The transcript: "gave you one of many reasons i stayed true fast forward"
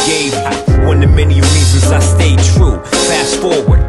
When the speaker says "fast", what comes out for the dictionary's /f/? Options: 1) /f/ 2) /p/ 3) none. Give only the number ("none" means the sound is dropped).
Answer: 2